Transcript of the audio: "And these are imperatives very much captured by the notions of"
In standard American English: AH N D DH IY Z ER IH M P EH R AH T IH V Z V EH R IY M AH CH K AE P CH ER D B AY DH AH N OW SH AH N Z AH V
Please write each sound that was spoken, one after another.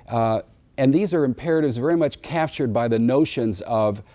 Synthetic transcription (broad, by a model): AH N DH IY Z ER IH M P EH R AH T IH V Z V EH R IY M AH CH K AE P CH ER D B AY DH AH N OW SH AH N Z AH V